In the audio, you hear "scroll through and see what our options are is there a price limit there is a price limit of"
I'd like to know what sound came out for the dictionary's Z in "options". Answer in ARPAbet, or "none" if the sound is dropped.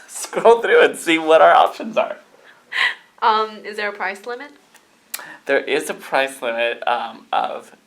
Z